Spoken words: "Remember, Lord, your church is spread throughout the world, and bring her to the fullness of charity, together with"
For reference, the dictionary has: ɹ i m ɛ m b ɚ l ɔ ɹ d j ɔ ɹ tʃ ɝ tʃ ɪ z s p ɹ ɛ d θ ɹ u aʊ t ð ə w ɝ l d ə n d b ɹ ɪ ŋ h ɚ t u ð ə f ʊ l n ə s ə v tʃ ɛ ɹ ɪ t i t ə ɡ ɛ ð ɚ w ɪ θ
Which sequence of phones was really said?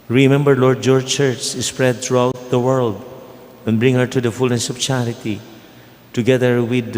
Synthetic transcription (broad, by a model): ɹ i m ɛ m b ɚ l ɔ ɹ d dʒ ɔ ɹ tʃ ɝ tʃ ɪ s p ɹ ɛ d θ ɹ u aʊ t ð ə w ɝ l d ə n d b ɹ ɪ ŋ h ɚ t u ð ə f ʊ l n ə s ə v tʃ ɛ ɹ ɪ t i t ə ɡ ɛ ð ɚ w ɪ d